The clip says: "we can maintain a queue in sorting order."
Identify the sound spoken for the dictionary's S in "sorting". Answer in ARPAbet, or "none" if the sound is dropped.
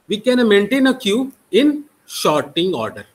SH